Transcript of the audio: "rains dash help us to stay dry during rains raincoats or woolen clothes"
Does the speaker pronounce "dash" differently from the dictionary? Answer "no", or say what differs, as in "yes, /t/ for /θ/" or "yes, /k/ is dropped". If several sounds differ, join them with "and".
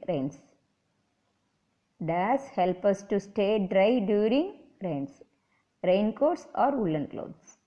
yes, /s/ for /ʃ/